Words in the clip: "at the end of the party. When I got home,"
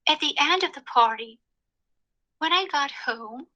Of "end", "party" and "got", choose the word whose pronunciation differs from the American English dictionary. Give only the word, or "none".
none